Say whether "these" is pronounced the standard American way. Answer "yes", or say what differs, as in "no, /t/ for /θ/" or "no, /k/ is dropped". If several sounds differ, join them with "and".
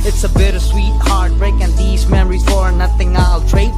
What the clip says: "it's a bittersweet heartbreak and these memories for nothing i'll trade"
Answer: yes